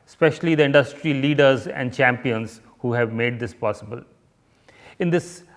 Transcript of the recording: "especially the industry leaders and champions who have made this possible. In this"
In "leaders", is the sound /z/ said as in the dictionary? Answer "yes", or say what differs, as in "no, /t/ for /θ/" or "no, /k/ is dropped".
yes